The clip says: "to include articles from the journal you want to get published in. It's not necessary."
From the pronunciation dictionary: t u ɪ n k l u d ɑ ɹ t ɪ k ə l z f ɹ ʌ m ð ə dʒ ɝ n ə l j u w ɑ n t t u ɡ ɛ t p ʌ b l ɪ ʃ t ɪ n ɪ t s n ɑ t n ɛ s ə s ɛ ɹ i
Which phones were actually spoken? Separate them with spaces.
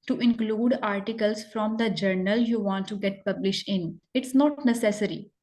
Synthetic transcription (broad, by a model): t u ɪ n k l u d ɑ ɹ t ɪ k ə l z f ɹ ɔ m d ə dʒ ɝ n ə l j u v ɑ n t t u ɡ ɛ t p ʌ b l ɪ ʃ t ɪ n ɪ t s n ɑ t n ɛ s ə s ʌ ɹ i